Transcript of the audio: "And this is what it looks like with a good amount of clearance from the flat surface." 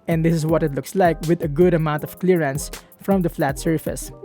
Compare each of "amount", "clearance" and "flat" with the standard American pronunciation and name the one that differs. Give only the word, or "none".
none